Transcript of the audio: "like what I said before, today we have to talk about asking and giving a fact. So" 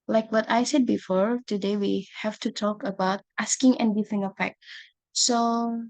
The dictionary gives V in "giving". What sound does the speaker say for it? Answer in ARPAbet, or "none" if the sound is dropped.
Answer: F